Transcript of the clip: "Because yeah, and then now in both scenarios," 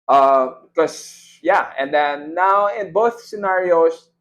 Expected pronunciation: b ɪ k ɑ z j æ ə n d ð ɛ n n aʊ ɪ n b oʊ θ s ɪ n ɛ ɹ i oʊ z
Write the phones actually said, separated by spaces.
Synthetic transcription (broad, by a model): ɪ k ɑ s j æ ə n d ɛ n n aʊ ɪ n b oʊ θ s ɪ n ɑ ɹ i oʊ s